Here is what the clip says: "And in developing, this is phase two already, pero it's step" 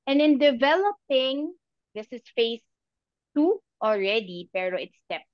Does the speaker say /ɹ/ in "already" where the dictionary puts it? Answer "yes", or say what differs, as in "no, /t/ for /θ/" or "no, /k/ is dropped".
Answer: yes